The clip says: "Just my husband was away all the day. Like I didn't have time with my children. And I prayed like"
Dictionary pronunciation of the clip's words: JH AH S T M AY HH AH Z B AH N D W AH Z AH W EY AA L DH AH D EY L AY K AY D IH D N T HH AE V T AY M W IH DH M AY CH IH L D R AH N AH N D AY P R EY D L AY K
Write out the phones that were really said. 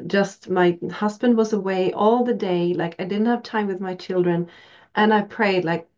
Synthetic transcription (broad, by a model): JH AH S T M AY HH AH Z B AH N D W AH Z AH W EY AA L DH AH D EY L AY K AY D IH D N T HH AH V T AY M W IH DH M AY CH IH L D R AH N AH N AY P R EY D L AY K